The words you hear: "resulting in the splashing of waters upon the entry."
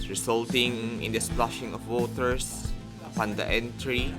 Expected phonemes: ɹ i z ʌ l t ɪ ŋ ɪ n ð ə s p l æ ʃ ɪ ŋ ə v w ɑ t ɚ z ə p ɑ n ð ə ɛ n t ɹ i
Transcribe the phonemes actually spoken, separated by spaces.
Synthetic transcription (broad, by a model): ɹ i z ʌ l t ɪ ŋ ɪ n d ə s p l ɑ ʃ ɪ ŋ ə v w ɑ t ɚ s ə p ɑ n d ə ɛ n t ɹ i